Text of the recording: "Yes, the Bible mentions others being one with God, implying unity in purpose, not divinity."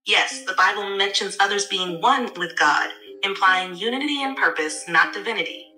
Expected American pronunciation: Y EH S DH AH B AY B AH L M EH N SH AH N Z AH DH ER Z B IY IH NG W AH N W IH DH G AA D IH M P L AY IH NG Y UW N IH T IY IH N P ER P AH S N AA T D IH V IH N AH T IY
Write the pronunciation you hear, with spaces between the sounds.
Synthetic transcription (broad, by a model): Y EH S DH AH B AY B L M EH N SH AH N Z AH DH ER Z B IY IH NG W AH N W IH DH G AA D IH M P L AY IH NG Y UW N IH T IY IH N P ER P AH S N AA T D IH V IH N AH T IY